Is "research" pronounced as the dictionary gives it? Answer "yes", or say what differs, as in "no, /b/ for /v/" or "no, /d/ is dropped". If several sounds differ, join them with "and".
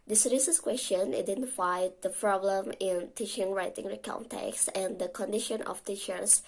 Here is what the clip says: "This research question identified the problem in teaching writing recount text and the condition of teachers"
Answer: no, /s/ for /tʃ/